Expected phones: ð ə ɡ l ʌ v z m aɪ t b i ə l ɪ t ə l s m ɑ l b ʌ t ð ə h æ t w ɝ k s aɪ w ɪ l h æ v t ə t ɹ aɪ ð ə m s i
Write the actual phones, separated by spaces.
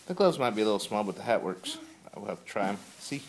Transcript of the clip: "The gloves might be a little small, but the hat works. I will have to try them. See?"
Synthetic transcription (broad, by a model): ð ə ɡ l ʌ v z m aɪ t b i ə l ɪ t l s m ɑ l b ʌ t ð ə h æ t w ɝ k s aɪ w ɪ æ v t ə t ɹ aɪ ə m s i